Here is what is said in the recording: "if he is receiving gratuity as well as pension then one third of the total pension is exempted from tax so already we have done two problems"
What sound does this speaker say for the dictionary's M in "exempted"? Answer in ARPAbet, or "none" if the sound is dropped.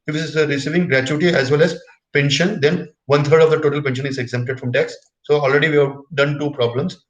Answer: M